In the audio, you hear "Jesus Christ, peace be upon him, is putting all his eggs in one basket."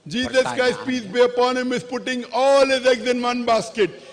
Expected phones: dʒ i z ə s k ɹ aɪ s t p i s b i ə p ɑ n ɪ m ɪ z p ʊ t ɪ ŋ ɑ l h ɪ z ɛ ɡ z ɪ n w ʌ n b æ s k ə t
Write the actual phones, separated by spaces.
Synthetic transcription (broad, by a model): dʒ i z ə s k aɪ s p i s b i ə p ɑ n ɪ m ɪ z p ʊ t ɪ ŋ ɑ l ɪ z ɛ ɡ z ɪ n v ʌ n b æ s k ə t